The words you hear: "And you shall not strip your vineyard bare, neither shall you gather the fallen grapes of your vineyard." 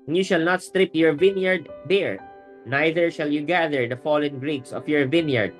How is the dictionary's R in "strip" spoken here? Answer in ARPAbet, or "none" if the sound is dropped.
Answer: R